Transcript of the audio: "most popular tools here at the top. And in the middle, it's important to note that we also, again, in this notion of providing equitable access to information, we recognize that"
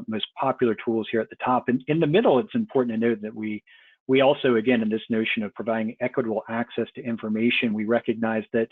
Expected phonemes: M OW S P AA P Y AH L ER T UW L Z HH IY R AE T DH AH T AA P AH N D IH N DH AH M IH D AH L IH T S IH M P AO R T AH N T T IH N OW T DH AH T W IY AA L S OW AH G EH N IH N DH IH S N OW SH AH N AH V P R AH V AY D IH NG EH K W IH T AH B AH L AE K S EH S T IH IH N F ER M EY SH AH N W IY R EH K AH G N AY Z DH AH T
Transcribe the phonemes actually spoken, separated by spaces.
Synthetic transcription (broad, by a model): M OW S P AA P Y L ER T UW L Z HH IY R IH T DH AH T AA P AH N IH N DH AH M IH D L IH T S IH M P AO R T N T T IH N OW T DH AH T W IY AA L S OW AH G EH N IH N DH IH S N OW SH AH N AH V P R AH V AY D IH NG EH K W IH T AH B L AE K S EH S T IH IH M F ER M EY SH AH N W IY R EH K AH G N AY Z DH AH T